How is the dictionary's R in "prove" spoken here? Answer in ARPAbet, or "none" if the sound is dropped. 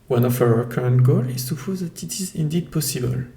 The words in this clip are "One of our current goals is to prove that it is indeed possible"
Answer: none